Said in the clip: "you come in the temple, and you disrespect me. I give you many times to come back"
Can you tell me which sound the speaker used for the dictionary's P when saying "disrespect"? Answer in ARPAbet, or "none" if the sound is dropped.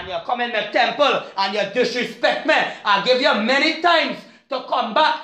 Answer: P